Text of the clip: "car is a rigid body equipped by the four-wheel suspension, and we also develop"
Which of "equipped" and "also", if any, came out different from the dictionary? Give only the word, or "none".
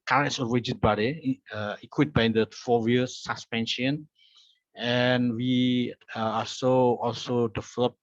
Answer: equipped